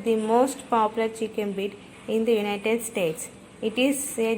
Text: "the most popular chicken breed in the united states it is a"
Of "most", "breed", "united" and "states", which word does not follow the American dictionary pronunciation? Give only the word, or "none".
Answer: breed